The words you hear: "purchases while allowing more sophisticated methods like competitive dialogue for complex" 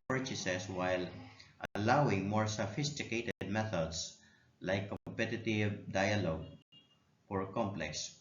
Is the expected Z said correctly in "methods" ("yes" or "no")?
no